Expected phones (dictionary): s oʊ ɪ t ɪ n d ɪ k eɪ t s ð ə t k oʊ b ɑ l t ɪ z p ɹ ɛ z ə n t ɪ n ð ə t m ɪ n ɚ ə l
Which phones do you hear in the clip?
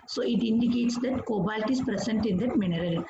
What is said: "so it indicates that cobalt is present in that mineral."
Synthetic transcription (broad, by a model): s oʊ ɪ t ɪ n d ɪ k eɪ t s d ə t k oʊ b ɑ l t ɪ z p ɹ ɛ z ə n t ɪ n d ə t m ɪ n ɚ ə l